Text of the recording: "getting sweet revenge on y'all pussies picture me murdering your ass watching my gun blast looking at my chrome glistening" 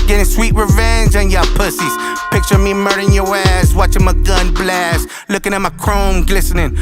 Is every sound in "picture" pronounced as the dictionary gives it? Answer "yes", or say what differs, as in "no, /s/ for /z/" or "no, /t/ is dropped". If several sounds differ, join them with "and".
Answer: yes